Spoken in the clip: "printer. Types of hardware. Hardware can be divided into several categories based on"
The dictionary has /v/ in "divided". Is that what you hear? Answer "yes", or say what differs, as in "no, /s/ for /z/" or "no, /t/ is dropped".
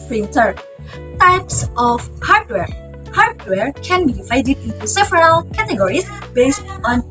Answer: no, /v/ is dropped